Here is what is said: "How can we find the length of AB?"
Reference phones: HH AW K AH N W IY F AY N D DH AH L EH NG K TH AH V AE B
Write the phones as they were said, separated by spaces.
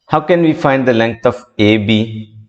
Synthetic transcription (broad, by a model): HH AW K AH N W IY F AY N D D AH L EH NG K T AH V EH B